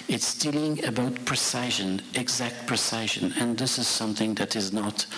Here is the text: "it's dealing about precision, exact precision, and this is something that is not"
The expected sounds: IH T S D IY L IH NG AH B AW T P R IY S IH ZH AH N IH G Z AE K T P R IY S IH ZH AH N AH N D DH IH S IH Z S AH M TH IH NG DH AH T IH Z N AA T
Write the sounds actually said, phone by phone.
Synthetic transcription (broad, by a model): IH T S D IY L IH NG AH B AW T P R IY S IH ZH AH N IH G Z AE K T P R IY S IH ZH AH N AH N DH IH S IH Z S AH M TH IH NG DH AH T IH Z N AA T